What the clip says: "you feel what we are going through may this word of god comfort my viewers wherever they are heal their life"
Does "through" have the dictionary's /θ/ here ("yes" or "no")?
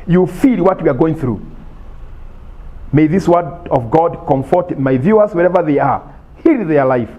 yes